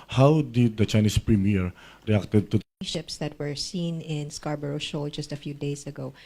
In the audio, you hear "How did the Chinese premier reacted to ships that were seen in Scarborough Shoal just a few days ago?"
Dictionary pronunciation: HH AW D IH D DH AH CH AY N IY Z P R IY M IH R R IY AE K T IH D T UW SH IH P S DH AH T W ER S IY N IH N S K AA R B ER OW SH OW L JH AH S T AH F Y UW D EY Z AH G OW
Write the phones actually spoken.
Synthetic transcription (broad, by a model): HH AW D IH D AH CH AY N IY S P R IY M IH R R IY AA K T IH D T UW SH IH P S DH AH T W ER S IY N IH N S K AA R B ER OW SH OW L JH AH S T AH F Y UW D EY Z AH G OW